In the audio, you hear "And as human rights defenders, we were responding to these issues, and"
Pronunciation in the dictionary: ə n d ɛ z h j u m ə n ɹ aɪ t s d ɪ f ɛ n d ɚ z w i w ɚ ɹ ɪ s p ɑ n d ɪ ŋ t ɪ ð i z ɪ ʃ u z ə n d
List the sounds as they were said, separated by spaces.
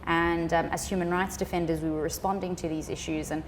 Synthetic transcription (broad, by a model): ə n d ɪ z h j u m ə n ɹ aɪ t s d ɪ f ɛ n d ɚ z w i w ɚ ɹ ɪ s p ɑ n d ɪ ŋ t ɪ ð i z ɪ ʃ u z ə n